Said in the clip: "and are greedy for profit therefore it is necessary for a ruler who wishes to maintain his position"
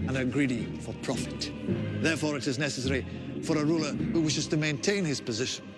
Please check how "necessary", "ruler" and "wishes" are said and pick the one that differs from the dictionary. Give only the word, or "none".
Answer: none